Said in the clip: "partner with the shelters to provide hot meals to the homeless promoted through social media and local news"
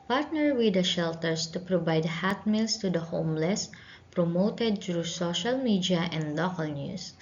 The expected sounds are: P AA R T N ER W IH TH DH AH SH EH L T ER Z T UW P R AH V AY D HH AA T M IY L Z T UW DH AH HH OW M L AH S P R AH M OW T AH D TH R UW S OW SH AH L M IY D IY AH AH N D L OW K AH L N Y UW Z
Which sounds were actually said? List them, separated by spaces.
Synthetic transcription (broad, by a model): P AA R T N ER W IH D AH SH EH L T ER S T UW P R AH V AY D HH AA T M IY L S T UW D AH HH OW M L AH S P R AH M OW T AH D T R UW S OW SH AH L M IY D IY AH AH N D L OW K AH L N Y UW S